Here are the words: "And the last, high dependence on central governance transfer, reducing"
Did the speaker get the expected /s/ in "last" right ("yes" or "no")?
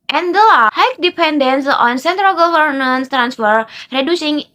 no